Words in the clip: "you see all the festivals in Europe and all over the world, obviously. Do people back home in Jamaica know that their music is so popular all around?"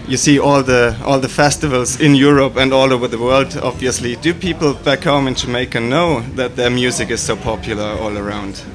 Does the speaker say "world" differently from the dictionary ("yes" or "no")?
no